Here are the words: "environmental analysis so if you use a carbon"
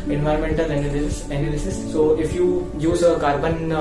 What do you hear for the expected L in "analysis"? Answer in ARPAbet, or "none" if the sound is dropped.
N